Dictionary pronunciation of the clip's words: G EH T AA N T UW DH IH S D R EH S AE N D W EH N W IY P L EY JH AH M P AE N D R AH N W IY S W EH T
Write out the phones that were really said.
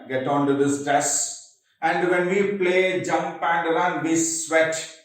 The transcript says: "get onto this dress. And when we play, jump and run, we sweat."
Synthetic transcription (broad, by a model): G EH T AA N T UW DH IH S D EH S AE N D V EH N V IY P L EY JH AH M P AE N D L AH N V IY S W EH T